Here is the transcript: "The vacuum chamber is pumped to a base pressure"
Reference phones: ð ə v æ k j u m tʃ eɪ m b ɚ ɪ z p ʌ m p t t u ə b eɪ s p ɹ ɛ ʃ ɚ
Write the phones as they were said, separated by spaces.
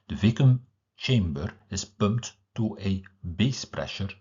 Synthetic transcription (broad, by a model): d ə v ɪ k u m tʃ eɪ m b ɚ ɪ s p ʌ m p t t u ə b eɪ s p ɹ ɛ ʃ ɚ